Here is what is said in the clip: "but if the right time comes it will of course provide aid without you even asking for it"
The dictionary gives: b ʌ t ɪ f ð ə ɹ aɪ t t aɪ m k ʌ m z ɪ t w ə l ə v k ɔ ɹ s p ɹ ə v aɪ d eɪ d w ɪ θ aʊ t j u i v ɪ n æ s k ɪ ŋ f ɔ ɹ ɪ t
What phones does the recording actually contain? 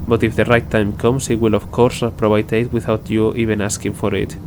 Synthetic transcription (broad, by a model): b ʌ t ɪ f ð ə ɹ aɪ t t aɪ m k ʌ m s ɪ t w ə l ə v k ɔ ɹ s p ɹ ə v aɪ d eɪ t w ɪ θ aʊ t j u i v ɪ n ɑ s k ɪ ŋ f ɔ ɹ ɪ t